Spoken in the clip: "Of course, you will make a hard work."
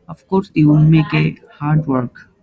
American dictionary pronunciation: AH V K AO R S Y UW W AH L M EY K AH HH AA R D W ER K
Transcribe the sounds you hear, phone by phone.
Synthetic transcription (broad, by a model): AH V K AO R S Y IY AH N M EY K AH HH AA R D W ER K